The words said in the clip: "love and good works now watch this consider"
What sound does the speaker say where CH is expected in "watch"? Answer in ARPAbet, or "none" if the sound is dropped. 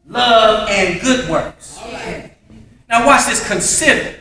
S